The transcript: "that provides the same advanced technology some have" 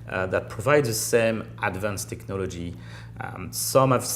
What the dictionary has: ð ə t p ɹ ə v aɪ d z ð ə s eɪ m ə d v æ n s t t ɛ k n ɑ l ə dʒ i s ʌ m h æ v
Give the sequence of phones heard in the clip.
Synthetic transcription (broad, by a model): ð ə t p ɹ ə v aɪ d z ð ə s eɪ m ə d v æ n s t t ɛ k n ɑ l ə dʒ i s ʌ m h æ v